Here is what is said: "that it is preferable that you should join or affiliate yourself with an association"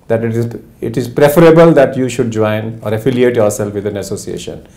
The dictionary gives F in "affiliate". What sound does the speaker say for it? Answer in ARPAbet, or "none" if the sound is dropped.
F